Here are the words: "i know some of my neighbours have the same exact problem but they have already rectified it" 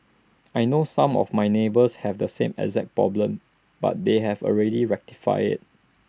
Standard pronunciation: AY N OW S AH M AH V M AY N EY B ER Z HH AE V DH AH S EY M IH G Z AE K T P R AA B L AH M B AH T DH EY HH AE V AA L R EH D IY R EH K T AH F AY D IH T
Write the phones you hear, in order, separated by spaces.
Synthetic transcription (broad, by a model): AY N OW S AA M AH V M AY N EY B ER S HH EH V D AH S EY M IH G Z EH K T P R AA B L AH M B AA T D EY HH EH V AA L R EH D IY R EH K T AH F AY IH T